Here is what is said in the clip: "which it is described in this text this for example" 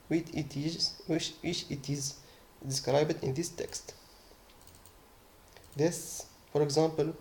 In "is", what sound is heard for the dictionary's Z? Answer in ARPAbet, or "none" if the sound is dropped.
Z